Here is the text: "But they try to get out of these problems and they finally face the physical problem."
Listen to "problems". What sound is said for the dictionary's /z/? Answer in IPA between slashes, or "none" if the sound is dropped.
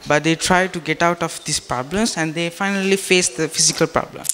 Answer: /s/